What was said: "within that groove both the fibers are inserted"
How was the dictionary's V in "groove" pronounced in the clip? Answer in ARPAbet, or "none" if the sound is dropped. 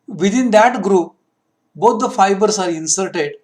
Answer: P